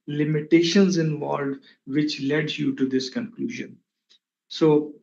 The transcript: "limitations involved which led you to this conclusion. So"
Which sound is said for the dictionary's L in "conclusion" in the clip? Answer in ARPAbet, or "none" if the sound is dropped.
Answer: L